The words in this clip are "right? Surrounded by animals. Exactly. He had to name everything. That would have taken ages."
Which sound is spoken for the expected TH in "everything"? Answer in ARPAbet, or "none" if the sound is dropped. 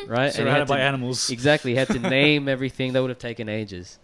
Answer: TH